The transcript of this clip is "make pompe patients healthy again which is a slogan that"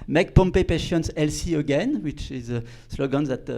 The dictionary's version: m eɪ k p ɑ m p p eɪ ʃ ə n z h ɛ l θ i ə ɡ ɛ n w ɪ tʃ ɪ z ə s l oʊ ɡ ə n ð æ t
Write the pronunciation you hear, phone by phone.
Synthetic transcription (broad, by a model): m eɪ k p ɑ m p p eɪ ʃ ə n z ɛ l s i ə ɡ ɛ n w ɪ tʃ ɪ z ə s l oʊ ɡ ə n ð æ t